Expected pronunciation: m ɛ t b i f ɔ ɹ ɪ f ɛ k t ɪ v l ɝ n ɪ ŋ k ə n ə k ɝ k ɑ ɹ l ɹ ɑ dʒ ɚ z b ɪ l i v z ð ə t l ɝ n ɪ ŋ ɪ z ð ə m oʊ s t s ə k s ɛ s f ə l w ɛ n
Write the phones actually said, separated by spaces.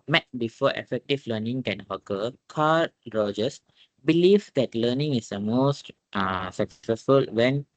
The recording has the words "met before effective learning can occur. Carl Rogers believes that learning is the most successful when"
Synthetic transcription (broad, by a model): m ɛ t b i f ɔ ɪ f ɛ k t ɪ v l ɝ n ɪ ŋ k ə n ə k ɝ k ɑ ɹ ɹ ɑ dʒ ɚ s b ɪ l i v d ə t l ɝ n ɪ ŋ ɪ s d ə m oʊ s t s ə k s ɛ s f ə l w ɛ n